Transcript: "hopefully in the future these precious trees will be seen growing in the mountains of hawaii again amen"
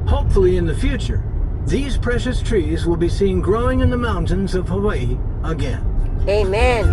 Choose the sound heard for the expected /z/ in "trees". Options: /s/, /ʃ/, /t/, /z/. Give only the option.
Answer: /z/